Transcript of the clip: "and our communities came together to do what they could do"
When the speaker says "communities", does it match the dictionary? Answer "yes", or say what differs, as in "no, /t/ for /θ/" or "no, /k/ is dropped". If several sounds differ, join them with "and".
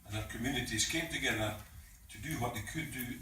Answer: no, /s/ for /z/